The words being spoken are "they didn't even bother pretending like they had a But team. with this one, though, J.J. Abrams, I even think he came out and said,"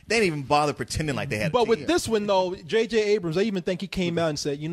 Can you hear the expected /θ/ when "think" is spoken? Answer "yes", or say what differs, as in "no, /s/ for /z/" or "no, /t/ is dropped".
yes